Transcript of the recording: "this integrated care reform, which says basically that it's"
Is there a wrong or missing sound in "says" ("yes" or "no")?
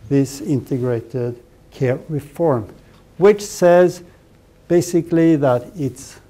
no